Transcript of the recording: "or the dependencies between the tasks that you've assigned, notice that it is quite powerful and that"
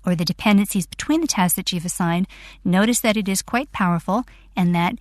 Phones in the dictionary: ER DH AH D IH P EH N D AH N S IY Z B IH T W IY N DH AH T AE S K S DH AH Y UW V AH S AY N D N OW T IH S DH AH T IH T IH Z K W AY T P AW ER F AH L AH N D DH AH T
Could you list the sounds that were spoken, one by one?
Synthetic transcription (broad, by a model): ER DH AH D IH P EH N D AH N S IY Z B IH T W IY N DH AH T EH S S DH AH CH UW V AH S AY N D N OW T IH S DH AH T IH T IH Z K W AY T P AW ER F L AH N DH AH T